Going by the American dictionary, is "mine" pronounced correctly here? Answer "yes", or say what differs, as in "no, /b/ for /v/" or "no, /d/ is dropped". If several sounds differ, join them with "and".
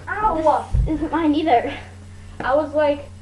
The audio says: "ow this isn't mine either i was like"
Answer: yes